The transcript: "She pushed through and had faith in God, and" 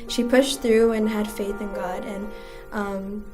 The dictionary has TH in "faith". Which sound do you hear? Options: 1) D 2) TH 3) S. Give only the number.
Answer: 2